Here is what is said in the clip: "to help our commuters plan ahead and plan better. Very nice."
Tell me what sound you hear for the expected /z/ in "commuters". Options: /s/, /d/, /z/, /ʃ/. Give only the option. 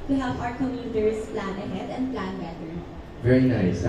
/s/